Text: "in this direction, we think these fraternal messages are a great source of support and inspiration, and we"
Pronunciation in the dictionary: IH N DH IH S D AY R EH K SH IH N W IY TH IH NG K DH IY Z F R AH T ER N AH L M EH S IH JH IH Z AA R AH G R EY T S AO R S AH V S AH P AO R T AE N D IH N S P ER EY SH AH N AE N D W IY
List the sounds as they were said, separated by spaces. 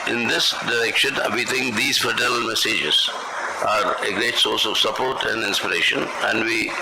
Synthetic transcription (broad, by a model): IH N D IH S D AY R EH K SH IH N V IY T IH NG K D IY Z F AH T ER AH L M EH S IH JH IH Z AA R AH G R EY T S AO R S AH V S AH P AO R T AE N D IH N S P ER EY SH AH N AE N D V IY